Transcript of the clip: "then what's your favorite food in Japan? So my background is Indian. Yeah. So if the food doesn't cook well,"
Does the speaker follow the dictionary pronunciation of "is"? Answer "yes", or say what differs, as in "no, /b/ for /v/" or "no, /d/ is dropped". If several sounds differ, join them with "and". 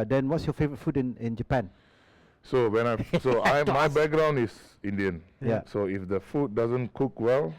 no, /s/ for /z/